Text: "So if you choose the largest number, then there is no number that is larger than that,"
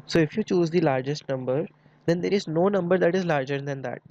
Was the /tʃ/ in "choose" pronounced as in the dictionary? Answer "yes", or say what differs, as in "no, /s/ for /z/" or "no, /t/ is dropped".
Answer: yes